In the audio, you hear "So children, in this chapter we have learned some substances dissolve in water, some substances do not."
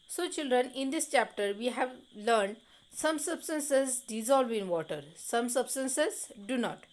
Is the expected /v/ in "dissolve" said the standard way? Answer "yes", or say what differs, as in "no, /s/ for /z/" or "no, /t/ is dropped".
yes